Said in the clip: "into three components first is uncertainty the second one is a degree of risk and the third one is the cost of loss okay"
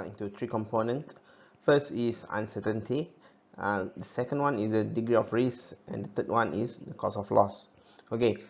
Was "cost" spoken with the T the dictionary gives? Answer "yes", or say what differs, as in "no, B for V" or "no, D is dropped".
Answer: no, T is dropped